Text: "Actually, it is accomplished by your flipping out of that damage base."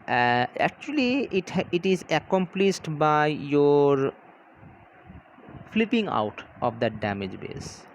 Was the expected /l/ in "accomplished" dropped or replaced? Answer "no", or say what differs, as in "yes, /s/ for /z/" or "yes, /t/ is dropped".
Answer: no